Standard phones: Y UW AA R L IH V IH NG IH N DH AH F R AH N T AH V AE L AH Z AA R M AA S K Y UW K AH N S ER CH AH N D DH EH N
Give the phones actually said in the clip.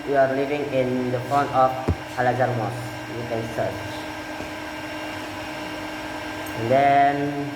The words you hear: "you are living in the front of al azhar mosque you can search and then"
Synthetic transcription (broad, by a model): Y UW AA R L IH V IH NG IH N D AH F AO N AH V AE L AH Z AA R M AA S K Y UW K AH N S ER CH AH N D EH N